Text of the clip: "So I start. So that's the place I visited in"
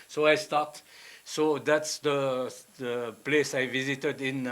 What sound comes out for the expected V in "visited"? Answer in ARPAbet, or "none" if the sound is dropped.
V